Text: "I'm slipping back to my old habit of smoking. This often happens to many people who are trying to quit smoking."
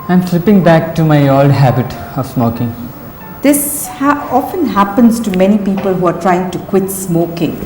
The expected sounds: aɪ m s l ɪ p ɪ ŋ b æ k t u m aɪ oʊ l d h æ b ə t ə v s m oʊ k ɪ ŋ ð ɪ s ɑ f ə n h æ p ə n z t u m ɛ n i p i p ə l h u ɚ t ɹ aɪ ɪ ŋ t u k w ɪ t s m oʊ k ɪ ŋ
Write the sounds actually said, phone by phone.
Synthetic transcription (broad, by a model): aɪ m s l ɪ p ɪ ŋ b æ k t u m aɪ oʊ l d h æ b ə t ə v s m oʊ k ɪ ŋ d ɪ s ɑ f ə n h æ p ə n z t u m ɛ n i p i p ə l h u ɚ t ɹ aɪ ɪ ŋ t u k w ɪ t s m oʊ k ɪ ŋ